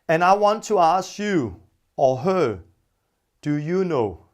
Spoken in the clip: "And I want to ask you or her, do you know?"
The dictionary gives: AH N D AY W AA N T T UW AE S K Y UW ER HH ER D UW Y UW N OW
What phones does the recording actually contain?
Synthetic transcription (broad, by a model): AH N AY W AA N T T UW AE S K Y UW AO HH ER D UW Y UW N OW